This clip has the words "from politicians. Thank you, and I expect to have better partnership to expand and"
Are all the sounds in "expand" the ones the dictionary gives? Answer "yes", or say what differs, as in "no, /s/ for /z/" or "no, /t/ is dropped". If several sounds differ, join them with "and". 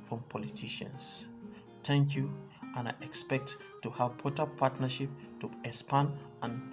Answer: no, /k/ is dropped and /d/ is dropped